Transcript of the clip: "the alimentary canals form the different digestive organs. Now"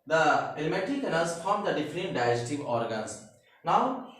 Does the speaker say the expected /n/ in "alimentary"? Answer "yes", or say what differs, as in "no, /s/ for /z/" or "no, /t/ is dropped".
no, /n/ is dropped